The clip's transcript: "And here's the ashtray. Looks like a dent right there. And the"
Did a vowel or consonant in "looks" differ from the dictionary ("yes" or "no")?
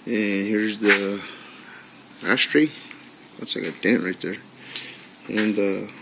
yes